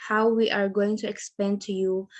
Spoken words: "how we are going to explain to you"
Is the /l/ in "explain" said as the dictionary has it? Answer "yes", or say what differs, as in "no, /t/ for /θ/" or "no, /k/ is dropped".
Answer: no, /l/ is dropped